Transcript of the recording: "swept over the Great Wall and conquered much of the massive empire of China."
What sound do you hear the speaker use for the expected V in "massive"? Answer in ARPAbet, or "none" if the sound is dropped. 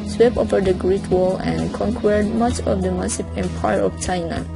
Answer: P